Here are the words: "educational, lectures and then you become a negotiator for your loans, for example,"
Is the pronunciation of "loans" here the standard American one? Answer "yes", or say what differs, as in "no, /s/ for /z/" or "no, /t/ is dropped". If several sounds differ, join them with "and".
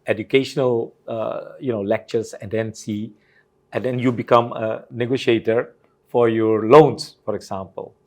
no, /s/ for /z/